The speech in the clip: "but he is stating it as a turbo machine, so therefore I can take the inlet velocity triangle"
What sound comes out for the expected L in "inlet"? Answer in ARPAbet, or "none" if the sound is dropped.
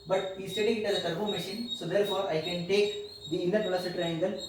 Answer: none